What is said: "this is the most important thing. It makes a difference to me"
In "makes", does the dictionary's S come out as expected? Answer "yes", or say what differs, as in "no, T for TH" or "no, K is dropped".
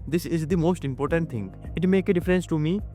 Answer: no, S is dropped